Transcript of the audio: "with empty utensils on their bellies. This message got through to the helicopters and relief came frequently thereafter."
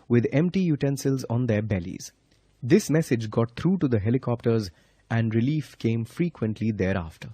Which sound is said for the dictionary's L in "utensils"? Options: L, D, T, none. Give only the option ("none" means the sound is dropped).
L